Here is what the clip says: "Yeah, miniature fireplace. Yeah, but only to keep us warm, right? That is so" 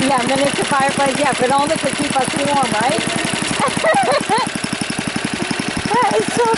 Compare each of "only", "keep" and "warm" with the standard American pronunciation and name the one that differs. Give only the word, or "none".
only